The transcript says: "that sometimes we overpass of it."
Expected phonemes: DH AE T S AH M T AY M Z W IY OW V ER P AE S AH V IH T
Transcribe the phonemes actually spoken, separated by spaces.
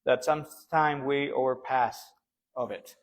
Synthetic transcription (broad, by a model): DH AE T S AH M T AY M W IY OW V ER P AE S AH V IH T